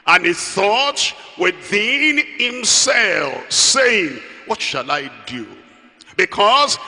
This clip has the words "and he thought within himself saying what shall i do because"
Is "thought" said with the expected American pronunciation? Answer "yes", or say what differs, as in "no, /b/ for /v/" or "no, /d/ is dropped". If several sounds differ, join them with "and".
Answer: yes